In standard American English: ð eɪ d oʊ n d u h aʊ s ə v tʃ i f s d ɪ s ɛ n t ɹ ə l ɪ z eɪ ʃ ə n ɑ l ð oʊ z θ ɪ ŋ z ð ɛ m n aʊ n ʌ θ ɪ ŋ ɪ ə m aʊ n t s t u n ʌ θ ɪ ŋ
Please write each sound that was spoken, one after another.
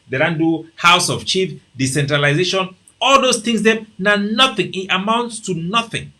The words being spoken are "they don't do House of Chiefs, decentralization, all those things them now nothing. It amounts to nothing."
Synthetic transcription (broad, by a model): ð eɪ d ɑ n d u h aʊ s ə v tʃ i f d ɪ s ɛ n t ɹ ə l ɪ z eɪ ʃ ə n ɑ l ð oʊ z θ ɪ ŋ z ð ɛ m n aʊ n ʌ θ ɪ ŋ ɪ ə m aʊ n t s t u n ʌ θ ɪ ŋ